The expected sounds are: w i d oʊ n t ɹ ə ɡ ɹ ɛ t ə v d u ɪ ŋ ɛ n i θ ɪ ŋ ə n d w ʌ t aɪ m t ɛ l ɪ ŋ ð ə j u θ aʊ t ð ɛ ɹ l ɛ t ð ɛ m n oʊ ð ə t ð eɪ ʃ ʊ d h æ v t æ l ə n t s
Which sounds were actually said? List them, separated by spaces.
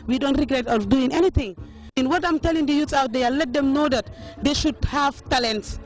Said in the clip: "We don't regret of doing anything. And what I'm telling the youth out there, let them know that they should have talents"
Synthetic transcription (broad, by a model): w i d oʊ n t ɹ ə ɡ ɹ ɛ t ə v d u ɪ ŋ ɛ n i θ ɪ ŋ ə n w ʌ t aɪ m t ɛ l ɪ ŋ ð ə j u s aʊ t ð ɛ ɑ l ɛ t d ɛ m n oʊ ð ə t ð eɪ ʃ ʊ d h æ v t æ l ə n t s